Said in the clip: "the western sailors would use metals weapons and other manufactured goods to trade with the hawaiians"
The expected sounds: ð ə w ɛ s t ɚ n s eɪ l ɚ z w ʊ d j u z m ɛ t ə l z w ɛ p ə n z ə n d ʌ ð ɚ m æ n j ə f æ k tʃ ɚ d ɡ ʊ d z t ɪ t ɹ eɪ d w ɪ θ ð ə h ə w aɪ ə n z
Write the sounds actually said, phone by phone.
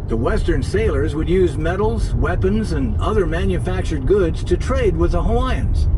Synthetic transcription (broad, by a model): ð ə w ɛ s t ɚ n s eɪ l ɚ z w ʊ d j u z m ɛ t l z w ɛ p ə n z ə n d ʌ ð ɚ m æ n j ə f æ k tʃ ɚ d ɡ ʊ d z t ɪ t ɹ eɪ d w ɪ ð ə h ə aɪ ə n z